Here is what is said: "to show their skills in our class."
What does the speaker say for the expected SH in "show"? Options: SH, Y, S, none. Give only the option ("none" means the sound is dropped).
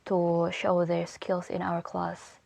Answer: SH